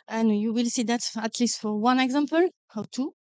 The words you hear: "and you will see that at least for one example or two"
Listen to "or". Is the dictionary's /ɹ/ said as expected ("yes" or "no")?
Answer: no